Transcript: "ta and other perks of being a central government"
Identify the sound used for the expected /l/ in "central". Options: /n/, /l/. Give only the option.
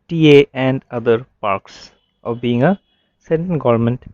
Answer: /n/